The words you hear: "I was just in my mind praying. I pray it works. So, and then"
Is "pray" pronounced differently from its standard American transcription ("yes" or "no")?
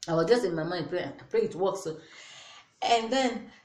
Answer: yes